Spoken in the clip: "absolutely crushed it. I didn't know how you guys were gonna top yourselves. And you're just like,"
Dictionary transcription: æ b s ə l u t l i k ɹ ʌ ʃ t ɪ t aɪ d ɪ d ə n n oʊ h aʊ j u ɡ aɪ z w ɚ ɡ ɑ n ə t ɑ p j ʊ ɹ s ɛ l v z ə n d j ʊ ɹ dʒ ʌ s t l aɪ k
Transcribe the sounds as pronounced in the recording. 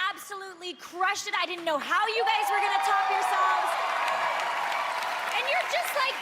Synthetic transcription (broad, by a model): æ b s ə l u t l i k ɹ ʌ ʃ t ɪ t aɪ d ɪ d n n oʊ h aʊ j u ɡ aɪ z w ɚ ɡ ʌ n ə t ɑ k j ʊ ɹ s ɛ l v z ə n j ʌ ɹ dʒ ʌ s t l aɪ k